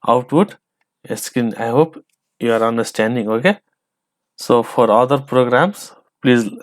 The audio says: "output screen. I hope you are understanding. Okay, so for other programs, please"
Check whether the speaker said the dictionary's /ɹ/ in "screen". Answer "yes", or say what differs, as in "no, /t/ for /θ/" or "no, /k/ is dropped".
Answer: no, /ɹ/ is dropped